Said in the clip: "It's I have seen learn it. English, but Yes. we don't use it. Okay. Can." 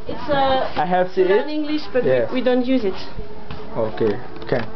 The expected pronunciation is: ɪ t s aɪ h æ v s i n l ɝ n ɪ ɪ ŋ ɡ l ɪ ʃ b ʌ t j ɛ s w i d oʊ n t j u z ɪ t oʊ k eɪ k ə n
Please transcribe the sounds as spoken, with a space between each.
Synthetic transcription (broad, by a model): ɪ t s aɪ h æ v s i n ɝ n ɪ ɪ ŋ ɡ l ɪ ʃ b ʌ t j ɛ w i d oʊ n t j u z ɪ t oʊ k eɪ k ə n